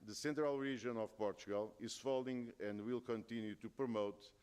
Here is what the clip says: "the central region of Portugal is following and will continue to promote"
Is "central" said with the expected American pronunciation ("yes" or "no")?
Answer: yes